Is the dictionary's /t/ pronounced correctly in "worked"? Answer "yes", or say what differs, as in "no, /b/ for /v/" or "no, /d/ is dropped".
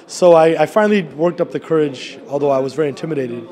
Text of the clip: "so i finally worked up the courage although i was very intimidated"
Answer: yes